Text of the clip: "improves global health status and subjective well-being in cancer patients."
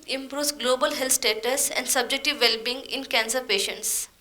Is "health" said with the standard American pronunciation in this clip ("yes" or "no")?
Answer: no